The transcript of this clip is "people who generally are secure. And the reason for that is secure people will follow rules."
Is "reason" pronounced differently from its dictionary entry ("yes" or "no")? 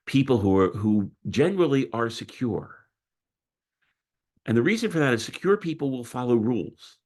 no